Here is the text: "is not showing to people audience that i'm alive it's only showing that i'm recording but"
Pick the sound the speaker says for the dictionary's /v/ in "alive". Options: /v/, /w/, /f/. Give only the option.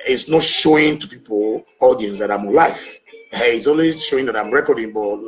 /f/